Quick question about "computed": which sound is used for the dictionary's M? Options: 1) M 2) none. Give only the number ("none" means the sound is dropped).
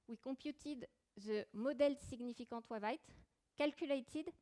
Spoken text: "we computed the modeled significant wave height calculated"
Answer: 2